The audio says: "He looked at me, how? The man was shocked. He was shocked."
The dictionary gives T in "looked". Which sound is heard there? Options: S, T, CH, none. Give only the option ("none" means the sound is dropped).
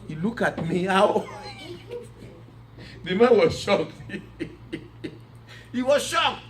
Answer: none